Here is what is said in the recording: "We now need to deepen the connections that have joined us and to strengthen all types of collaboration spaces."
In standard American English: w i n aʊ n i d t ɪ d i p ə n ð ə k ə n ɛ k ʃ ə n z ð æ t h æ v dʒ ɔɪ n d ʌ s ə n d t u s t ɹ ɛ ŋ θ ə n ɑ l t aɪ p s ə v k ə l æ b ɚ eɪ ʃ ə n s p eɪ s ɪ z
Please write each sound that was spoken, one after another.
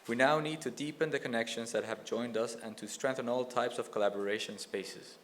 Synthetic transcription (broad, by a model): w i n aʊ n i d t ɪ d i p ə n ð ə k ə n ɛ k ʃ ə n z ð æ t h æ v dʒ ɔɪ n d ʌ s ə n t u s t ɹ ɛ ŋ θ ə n ɑ l t aɪ p s ə v k ə l æ b ɚ eɪ ʃ ə n s p eɪ s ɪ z